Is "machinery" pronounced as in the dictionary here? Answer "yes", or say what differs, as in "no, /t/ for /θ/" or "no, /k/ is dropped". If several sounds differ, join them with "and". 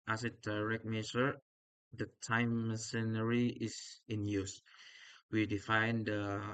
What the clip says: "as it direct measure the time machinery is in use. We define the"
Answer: no, /s/ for /ʃ/